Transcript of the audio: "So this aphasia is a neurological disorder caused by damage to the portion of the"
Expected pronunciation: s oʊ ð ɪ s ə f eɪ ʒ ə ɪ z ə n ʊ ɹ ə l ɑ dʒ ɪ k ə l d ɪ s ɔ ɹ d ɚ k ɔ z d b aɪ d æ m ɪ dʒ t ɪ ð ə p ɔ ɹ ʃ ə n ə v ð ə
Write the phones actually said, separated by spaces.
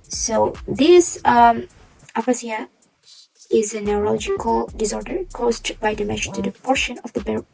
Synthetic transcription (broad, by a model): s oʊ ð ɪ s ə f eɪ s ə ɪ z ə n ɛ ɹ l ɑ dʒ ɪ k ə l d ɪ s ɔ ɹ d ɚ k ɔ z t b aɪ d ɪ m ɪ ʃ t ɪ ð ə p ɔ ɹ ʃ ə n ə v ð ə